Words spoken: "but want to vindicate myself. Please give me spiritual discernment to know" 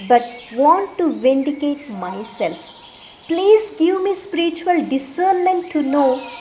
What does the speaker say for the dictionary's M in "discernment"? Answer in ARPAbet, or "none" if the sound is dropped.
none